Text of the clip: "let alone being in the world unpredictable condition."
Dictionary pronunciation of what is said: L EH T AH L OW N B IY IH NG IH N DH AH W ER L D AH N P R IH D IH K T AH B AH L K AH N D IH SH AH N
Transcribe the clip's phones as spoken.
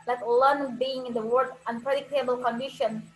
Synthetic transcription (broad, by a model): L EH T L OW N B IY IH NG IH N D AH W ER D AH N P R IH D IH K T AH B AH L K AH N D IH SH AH N